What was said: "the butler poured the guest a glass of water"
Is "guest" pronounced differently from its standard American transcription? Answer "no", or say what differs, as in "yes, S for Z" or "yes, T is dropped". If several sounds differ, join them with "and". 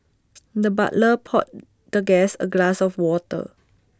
yes, T is dropped